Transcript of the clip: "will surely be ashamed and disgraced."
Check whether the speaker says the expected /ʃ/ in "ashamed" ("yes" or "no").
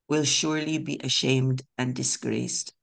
yes